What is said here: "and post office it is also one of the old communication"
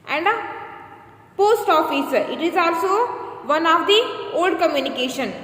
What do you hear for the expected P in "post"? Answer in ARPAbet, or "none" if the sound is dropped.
P